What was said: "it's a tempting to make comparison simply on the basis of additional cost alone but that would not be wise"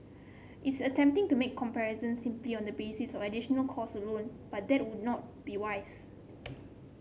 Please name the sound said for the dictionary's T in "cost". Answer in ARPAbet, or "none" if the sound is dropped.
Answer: none